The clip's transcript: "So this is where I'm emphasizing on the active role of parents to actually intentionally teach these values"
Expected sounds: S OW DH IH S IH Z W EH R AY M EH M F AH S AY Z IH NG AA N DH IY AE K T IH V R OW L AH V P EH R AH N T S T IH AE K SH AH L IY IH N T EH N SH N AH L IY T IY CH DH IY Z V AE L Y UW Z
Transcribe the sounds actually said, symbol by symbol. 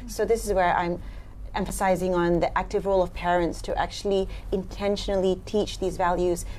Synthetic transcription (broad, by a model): S OW DH IH S IH Z W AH R AY M EH M F AH S AY Z IH NG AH N DH IY AE K T IH V R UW L AH V P EH R AH N T S T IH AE K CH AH L IY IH N T EH N SH N L IY T IY CH DH IY Z V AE L Y UW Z